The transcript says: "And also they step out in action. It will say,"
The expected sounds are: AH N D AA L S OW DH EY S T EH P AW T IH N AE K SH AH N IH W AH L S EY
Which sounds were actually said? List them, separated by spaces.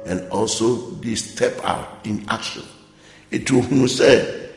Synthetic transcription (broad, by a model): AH N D AA L S OW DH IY S T EH P AW T IH N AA K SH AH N IH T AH N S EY